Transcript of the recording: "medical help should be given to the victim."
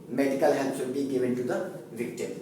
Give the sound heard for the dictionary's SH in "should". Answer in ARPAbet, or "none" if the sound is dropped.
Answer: S